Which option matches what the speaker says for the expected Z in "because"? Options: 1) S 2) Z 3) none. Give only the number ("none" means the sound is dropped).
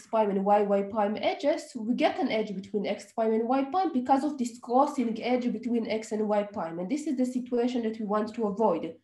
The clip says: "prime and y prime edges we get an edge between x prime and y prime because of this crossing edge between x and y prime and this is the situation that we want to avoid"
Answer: 2